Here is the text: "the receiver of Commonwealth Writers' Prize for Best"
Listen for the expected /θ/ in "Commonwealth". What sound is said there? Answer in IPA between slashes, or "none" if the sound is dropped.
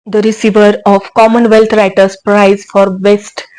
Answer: /t/